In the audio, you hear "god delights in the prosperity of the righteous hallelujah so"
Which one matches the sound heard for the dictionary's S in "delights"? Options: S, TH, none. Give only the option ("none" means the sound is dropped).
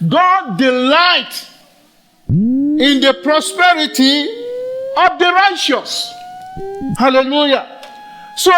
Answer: none